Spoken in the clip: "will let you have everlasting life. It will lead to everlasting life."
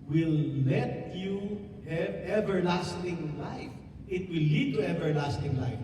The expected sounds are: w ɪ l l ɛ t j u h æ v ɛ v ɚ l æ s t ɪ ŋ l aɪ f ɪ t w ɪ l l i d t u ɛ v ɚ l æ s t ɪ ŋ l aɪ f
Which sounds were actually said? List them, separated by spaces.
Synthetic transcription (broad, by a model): w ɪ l l ɛ t j u h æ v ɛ v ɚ l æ s t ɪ ŋ l aɪ f ɪ t w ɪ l l i d t u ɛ v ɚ l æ s t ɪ ŋ l aɪ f